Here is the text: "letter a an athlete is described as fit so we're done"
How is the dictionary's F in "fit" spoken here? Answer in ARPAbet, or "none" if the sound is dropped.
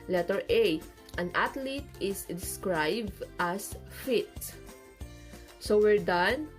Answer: F